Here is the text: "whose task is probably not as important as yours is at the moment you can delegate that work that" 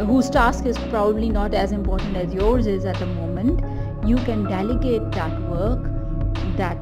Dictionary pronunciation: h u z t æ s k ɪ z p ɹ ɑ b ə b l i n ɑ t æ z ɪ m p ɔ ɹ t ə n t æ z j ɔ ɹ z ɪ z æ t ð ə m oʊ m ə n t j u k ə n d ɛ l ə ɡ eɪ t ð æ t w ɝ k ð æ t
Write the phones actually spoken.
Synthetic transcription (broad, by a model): h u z t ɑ s k ɪ z p ɹ ɑ b ə b l i n ɑ t æ z ɪ m p ɔ ɹ t ə n t æ z j ɔ ɹ z ɪ z æ t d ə m oʊ m ə n t j u k ə n d ɛ l ə ɡ eɪ t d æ t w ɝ k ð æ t